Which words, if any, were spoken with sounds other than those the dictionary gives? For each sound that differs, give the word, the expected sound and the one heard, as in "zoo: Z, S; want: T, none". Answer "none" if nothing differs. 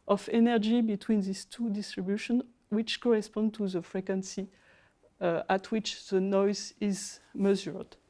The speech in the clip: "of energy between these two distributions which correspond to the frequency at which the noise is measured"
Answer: these: Z, S; distributions: Z, none